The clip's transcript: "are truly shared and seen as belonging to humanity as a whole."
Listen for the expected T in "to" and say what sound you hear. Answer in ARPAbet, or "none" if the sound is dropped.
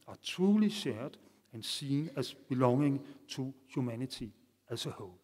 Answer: S